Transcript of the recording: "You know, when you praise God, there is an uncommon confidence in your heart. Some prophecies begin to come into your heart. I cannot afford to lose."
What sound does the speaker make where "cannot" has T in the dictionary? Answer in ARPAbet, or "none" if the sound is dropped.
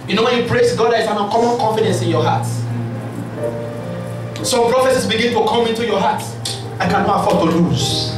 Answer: none